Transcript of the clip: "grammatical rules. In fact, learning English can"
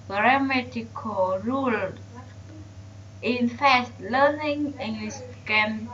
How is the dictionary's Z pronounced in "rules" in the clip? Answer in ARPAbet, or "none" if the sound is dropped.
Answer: none